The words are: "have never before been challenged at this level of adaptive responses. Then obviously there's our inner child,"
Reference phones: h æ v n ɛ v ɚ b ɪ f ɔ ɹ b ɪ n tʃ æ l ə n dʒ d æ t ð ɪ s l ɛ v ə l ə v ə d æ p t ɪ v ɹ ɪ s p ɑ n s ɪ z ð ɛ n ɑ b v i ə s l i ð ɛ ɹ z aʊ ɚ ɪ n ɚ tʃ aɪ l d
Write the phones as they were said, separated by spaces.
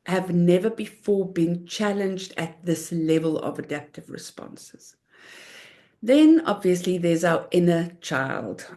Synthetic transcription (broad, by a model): h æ v n ɛ v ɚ b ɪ f ɔ b ɪ n tʃ æ l ə n dʒ d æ t ð ɪ s l ɛ v ə l ə v ə d æ p t ɪ v ɹ ɪ s p ɑ n s ɪ z ð ɛ n ɑ b v i ə s l i ð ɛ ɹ z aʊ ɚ ɪ n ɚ tʃ aɪ l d